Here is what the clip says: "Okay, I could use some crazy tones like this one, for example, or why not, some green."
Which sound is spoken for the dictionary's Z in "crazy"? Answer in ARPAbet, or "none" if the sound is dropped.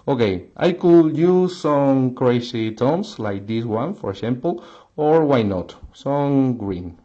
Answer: S